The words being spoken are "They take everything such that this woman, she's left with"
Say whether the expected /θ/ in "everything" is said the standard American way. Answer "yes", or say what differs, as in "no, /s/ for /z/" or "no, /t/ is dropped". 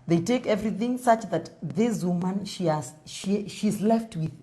yes